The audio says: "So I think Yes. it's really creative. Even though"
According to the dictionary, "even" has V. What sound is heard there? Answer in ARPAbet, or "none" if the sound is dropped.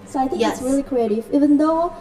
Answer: V